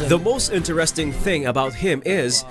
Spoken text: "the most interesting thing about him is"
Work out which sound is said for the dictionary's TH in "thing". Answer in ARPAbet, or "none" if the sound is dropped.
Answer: TH